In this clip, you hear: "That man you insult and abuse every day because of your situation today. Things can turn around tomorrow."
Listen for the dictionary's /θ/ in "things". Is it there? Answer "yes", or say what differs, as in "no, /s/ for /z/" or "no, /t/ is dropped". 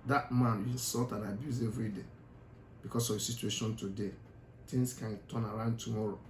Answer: no, /t/ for /θ/